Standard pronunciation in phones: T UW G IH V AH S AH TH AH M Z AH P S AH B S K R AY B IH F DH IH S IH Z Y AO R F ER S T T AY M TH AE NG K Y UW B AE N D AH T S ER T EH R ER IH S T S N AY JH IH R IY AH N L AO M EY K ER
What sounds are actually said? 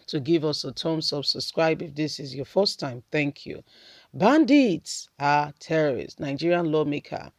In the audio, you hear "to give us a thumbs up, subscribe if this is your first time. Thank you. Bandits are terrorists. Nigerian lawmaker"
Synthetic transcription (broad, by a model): T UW G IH V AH S AH T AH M S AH B S AH B S K R AY B IH F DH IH S IH Z Y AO F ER S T T AY M TH AE NG K Y UW B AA N D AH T S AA T EH R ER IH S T N AY JH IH R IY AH N L AO M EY K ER